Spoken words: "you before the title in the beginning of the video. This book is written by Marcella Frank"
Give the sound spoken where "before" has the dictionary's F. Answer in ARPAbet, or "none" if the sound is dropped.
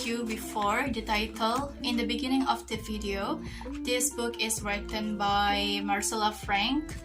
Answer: F